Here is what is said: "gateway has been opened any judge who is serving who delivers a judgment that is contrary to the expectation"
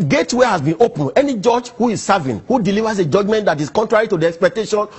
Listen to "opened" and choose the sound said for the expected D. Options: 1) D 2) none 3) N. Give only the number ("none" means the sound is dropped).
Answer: 2